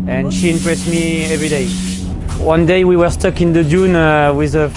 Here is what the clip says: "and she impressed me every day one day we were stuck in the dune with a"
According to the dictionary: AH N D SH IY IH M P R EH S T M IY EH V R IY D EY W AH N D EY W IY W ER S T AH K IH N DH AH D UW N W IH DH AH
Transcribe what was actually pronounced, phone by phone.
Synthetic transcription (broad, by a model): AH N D SH IY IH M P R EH S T M IY EH V R IY D EY W AH N D EY W IY W ER S T AH K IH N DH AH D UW N W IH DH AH